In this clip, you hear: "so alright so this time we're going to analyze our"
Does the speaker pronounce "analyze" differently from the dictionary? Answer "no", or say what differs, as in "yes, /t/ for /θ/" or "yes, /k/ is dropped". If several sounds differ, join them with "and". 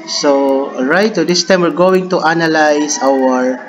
yes, /s/ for /z/